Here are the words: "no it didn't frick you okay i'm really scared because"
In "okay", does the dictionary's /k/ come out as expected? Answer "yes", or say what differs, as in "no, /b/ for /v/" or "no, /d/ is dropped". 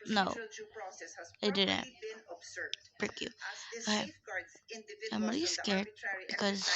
no, /k/ is dropped